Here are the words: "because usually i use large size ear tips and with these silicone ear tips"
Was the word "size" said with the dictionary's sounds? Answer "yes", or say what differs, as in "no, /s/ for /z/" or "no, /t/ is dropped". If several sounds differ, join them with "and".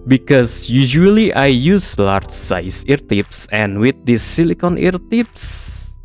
no, /s/ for /z/